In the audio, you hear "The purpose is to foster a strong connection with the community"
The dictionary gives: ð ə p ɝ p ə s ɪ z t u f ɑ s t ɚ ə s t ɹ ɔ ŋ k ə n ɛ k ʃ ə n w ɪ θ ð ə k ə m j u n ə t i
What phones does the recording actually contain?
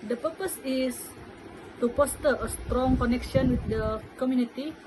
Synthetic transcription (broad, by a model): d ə p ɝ p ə s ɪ s t u p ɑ s t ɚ ə s t ɹ ɔ ŋ k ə n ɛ k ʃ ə n w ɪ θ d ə k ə m j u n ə t i